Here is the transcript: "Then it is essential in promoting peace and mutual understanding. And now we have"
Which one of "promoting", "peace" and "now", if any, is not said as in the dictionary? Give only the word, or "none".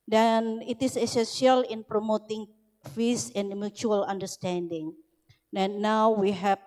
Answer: peace